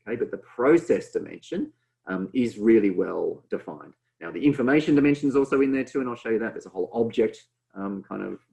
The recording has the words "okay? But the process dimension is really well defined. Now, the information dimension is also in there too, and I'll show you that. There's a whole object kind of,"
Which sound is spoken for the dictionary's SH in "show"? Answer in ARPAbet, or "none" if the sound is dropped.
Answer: SH